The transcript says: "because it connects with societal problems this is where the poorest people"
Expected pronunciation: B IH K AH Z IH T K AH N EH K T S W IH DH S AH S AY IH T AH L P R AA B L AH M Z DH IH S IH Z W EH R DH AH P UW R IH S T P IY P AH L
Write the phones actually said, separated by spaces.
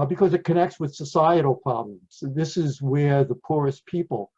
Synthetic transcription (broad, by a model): B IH K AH Z IH T K AH N EH K T S W IH DH S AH S AY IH T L P R AA B L AH M Z DH IH S IH Z W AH R DH AH P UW R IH S P IY P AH L